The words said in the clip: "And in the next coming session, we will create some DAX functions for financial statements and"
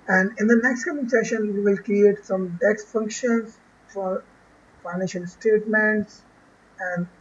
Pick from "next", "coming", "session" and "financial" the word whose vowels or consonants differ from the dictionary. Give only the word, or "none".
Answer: none